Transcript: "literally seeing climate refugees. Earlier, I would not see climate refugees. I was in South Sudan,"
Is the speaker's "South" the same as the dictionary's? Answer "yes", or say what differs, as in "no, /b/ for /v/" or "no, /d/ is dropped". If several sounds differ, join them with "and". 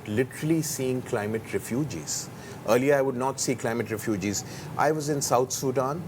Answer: no, /t/ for /θ/